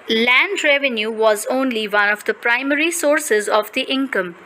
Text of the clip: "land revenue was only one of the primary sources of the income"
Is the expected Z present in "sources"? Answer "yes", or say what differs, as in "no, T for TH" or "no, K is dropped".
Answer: yes